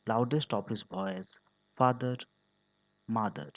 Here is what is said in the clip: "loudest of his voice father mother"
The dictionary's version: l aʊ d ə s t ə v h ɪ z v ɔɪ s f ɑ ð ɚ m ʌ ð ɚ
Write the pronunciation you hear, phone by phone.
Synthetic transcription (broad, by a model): l aʊ d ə s t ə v h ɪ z b ɔɪ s f ɑ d ɚ m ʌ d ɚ